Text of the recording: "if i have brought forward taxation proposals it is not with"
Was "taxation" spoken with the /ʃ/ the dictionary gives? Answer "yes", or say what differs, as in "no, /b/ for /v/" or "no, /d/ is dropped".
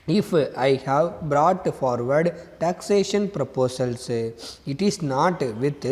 yes